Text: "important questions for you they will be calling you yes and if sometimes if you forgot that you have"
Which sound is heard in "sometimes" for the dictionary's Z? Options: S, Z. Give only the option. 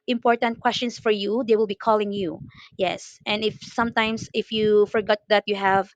S